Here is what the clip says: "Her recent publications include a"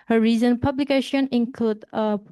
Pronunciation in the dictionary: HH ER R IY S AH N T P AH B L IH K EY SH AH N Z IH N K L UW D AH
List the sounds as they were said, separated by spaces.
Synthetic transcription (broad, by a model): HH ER R IY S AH N P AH B L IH K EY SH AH N IH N K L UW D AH